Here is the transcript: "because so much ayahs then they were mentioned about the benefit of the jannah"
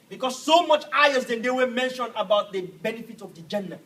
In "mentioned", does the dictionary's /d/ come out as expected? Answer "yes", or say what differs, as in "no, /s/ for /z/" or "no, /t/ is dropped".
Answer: no, /d/ is dropped